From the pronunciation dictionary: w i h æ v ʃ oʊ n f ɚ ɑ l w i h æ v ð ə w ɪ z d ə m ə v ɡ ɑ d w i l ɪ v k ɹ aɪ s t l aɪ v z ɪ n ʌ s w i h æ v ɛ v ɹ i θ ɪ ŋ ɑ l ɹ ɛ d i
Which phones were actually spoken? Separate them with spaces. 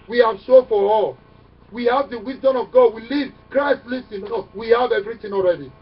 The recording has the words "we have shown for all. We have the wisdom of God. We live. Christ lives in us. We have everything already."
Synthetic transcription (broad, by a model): w i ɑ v s oʊ f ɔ ɑ l w i h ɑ v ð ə w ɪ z d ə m ə v ɡ ɑ d w i l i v k ɹ aɪ s t l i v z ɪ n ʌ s w i h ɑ v ɛ v ɹ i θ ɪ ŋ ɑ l ɹ ɛ d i